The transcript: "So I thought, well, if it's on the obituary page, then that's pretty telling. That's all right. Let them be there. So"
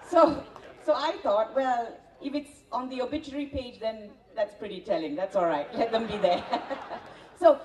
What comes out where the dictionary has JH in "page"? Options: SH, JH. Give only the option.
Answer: JH